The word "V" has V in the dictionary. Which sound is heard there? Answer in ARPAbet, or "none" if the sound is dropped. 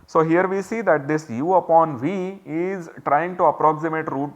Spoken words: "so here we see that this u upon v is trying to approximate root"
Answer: V